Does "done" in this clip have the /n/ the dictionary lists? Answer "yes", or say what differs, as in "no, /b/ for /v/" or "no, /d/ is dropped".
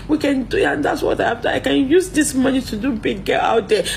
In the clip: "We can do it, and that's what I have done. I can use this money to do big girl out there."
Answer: no, /n/ is dropped